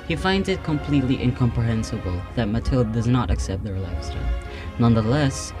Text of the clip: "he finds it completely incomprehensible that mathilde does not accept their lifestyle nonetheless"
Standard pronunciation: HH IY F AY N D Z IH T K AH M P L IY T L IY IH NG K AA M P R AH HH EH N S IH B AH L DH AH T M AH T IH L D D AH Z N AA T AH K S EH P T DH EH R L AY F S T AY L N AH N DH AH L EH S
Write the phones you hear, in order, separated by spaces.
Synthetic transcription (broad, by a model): HH IY F AY N D Z IH T K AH M P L IY T L IY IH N K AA M P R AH HH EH N S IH B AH L DH AH T M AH T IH L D D AH Z N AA T AH K S EH P T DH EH R L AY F S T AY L N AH N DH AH L EH S